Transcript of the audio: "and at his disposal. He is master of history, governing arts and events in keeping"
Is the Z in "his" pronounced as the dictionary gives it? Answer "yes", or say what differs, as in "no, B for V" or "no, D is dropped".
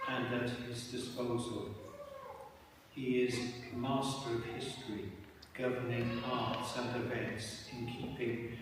yes